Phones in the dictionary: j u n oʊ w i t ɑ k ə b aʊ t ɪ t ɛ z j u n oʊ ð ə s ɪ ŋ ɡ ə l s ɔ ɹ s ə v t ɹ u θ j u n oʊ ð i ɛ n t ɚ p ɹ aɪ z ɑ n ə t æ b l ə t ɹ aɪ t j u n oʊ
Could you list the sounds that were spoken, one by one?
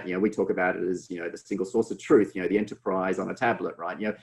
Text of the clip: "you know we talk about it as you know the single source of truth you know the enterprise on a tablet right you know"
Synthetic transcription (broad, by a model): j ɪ n oʊ w i t ɑ k ə b aʊ t ɪ t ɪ z j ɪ n oʊ ð ə s ɪ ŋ ɡ l s ɔ ɹ s ə v t ɹ u θ j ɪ n oʊ ð i ɛ n t ɚ p ɹ aɪ z n ə t æ b l ə t ɹ aɪ t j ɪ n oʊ